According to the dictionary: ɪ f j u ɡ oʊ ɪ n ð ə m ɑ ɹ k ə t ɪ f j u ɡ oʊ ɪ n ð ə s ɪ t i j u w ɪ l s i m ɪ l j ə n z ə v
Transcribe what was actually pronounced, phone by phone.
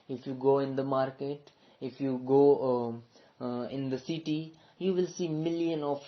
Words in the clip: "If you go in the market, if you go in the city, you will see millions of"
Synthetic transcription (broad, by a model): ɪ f j u ɡ oʊ ɪ n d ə m ɑ ɹ k ə t ɪ f j u ɡ oʊ ɪ n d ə s ɪ t i j u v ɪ l s i m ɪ l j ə n ə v